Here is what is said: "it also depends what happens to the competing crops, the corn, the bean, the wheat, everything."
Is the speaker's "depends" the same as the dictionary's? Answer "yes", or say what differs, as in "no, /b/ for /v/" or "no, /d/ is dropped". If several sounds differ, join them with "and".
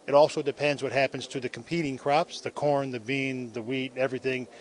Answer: yes